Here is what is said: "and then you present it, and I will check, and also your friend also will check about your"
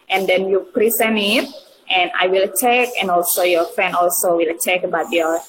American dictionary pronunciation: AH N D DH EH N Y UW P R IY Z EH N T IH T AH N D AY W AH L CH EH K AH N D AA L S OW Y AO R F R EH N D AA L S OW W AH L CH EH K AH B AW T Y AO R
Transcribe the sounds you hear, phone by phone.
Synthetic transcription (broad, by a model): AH N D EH N Y UW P R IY S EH N IH T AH N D AY W AH L CH EH K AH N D AA L S OW Y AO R F R EH N D AA L S OW W AH L CH EH K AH B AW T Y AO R